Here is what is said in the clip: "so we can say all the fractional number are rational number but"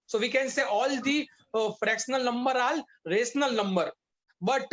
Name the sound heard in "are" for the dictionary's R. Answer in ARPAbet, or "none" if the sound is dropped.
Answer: L